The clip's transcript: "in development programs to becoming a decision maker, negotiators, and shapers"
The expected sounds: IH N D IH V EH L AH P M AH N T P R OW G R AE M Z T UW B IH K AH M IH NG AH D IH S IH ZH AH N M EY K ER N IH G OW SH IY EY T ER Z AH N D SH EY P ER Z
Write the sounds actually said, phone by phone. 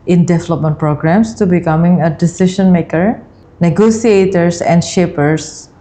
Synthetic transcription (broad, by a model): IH N D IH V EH L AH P M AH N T P R OW G R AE M S T UW B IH K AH M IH NG AH D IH S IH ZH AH N M EY K ER N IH G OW S IY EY T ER S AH N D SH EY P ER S